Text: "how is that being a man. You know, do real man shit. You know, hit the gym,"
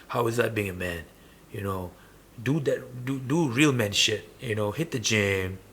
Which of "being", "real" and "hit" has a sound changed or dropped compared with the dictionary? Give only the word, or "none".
none